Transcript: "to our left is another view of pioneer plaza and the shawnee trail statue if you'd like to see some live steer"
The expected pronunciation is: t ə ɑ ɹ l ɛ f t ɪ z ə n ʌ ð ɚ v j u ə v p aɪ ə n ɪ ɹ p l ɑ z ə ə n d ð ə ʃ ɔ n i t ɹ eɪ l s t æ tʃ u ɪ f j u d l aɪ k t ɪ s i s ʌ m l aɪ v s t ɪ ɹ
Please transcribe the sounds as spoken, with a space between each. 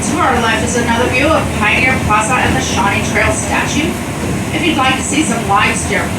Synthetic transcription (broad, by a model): t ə ɑ ɹ l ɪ f ɪ z ə n ʌ ð ɚ v j u ə v p aɪ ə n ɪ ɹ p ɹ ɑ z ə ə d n ð ə ʃ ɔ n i t ɹ eɪ l s t æ tʃ u ɪ f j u d l aɪ k t ɪ s i s ʌ m l aɪ v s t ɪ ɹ